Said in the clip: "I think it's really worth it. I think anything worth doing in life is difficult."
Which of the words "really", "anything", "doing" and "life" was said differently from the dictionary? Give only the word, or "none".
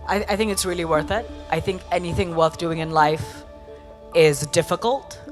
none